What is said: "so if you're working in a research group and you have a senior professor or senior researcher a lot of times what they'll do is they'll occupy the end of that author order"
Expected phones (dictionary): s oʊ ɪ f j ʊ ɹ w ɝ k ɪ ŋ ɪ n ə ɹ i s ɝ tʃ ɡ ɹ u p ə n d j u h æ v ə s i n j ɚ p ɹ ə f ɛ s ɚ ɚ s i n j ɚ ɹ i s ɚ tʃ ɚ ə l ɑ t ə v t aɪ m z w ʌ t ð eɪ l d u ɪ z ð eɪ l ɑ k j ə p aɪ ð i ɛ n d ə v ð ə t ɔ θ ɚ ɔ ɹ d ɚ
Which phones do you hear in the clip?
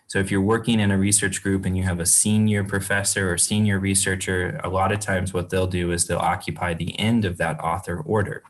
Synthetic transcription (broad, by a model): s oʊ ɪ f j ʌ ɹ w ɝ k ɪ ŋ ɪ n ə ɹ i s ɝ tʃ ɡ ɹ u p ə n j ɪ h v ə s i n j ɚ p ɹ ə f ɛ s ɚ ɚ s i n j ɚ ɹ i s ɚ tʃ ɚ ə l ɑ t ə v t aɪ m z w ʌ t ð eɪ l d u ɪ z ð eɪ l ɑ k j ə p aɪ ð i ɛ n d ə v ð ə t ɔ θ ɚ ɔ ɹ d ɚ